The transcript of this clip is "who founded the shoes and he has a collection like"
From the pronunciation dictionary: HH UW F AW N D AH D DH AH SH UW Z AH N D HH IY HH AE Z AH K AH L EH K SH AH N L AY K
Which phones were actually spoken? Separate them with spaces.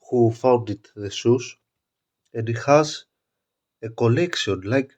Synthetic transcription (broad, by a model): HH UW F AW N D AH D DH AH S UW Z AH N D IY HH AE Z AH K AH L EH K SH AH N L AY K